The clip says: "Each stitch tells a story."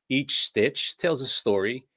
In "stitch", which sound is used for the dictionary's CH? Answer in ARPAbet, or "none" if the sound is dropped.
CH